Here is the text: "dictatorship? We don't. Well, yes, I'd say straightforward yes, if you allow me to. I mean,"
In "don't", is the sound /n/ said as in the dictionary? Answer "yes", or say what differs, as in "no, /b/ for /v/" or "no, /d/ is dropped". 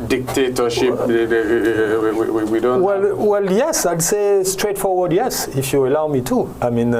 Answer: no, /l/ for /n/